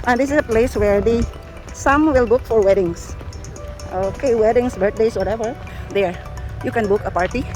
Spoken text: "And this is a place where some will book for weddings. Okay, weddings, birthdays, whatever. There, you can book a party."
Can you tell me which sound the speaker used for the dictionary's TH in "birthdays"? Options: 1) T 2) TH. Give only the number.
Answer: 1